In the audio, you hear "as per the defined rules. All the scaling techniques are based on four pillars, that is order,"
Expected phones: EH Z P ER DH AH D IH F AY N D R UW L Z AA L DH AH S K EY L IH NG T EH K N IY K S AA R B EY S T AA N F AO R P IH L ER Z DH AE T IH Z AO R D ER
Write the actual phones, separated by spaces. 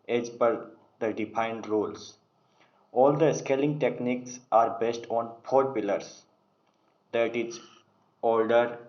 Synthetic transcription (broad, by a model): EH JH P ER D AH D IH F AY N D R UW L S AA L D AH S K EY L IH NG T EH K N IY K S AA R B EY S T AA N P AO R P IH L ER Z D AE T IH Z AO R D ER